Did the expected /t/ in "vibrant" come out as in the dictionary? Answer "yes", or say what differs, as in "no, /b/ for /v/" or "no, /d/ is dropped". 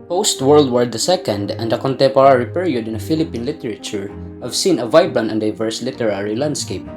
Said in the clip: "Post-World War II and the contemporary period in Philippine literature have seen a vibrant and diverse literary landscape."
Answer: no, /t/ is dropped